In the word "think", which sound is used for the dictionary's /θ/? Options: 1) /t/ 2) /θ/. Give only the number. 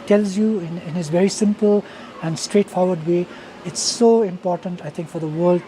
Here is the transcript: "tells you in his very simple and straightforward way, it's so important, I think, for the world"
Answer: 1